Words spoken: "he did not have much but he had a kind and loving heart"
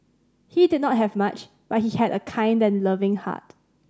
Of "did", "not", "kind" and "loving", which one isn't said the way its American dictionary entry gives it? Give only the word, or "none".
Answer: none